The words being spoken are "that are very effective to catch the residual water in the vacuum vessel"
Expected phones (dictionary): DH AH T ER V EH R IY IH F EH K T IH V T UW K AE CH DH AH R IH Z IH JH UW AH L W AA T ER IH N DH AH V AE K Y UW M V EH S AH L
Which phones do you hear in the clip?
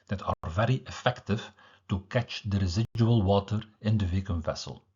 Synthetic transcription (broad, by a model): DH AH T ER V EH R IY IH F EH K T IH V T UW K AE CH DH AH R IH Z IH JH UW AH L W AA T ER IH N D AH V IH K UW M V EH S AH L